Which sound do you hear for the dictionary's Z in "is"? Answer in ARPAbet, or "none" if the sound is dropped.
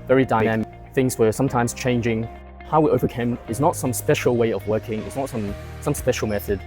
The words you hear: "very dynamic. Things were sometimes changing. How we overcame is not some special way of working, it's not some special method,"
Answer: Z